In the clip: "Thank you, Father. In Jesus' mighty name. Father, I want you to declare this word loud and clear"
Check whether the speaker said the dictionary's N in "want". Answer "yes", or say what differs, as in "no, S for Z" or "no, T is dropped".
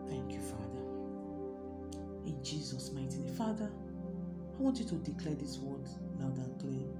yes